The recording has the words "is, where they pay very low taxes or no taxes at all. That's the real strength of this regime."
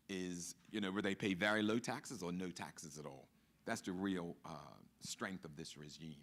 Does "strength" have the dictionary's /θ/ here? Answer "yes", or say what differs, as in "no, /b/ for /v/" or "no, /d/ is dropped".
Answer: yes